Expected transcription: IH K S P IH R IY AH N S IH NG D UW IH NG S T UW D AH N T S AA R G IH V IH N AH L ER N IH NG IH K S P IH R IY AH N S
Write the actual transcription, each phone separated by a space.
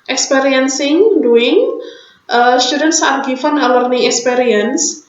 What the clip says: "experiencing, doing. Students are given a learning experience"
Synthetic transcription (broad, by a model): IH K S P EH R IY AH N S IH NG D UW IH NG S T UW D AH N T S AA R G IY F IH N AH L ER N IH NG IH K S P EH R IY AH N S